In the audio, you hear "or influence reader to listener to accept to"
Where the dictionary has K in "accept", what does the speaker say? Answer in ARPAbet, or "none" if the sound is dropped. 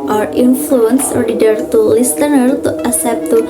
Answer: none